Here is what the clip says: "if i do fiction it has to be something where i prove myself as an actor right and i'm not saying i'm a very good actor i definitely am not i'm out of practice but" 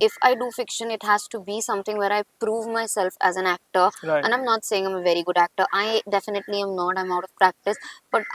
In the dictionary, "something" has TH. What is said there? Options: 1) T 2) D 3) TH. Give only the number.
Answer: 1